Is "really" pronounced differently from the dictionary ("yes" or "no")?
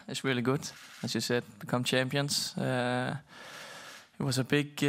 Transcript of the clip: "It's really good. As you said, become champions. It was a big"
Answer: no